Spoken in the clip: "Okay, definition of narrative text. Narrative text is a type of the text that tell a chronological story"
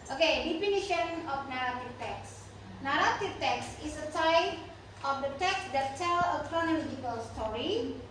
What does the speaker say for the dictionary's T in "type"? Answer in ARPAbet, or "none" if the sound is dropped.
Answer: S